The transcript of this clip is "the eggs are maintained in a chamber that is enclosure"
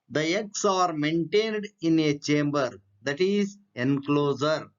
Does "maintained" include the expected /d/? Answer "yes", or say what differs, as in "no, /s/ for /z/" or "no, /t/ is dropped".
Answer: yes